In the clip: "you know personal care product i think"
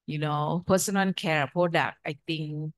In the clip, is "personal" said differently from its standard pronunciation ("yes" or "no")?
yes